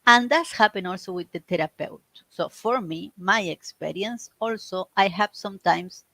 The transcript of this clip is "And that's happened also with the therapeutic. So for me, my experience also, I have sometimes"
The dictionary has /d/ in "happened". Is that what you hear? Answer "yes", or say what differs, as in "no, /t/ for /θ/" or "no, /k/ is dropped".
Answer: no, /d/ is dropped